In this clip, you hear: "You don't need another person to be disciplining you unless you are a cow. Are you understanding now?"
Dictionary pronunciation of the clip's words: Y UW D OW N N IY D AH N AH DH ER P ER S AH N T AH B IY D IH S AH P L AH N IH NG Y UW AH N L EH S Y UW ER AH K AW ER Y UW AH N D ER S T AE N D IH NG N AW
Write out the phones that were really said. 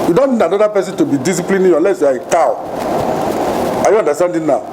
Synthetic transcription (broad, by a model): Y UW D OW N N IY D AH N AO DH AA P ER S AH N T AH B IY D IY S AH P L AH N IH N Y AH L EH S Y UW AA AH K AW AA Y UW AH N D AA S T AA N D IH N AW